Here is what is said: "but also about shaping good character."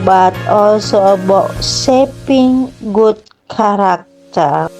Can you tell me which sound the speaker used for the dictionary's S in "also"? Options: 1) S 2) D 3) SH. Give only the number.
1